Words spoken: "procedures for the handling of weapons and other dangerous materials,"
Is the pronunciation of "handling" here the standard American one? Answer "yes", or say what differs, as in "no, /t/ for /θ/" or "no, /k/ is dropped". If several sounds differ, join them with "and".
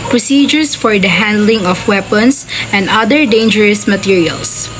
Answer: yes